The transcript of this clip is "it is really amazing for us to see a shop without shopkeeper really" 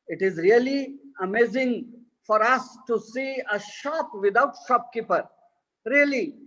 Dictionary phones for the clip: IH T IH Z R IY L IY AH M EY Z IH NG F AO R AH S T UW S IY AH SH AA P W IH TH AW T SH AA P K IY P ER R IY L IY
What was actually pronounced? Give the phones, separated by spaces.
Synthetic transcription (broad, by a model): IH T IH Z R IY L IY AH M EY Z IH NG F AO R AH S T UW S IY AH SH AA P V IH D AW T SH AA P K IY P ER R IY L IY